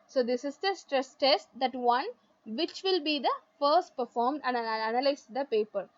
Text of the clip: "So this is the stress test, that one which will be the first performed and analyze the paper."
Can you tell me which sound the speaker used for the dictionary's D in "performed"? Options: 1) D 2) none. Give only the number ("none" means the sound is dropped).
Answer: 1